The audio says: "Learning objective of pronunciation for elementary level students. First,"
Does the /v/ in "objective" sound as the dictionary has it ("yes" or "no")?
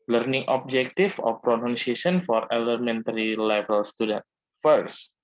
no